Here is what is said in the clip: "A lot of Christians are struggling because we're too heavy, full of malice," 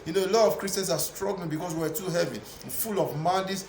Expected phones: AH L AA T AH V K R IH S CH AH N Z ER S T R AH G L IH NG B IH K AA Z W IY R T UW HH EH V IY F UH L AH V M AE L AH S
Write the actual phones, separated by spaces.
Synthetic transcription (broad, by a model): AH L AA T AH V K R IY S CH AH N S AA S T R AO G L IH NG B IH K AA S W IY W T UW HH EH V IY F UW L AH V M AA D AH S